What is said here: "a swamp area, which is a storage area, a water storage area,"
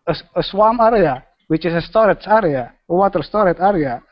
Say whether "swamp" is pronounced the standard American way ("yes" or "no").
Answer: no